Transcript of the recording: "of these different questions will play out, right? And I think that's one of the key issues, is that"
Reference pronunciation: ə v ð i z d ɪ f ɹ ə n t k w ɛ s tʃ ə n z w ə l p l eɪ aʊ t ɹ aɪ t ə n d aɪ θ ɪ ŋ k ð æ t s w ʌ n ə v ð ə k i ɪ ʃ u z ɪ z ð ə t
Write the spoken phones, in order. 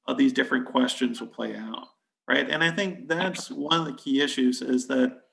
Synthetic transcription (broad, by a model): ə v ð i z d ɪ f ɹ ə n k w ɛ s tʃ ə n z w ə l p l eɪ aʊ t ɹ aɪ t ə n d aɪ θ ɪ ŋ k ð æ t s w ʌ n ə v ð ə k i ɪ ʃ u z ɪ z ð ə t